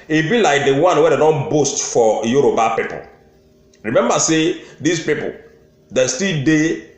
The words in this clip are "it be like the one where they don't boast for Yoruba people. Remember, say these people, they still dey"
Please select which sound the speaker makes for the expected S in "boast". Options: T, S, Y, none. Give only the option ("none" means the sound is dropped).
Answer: S